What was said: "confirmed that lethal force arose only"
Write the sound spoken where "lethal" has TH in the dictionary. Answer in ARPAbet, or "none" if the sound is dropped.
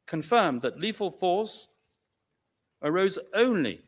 F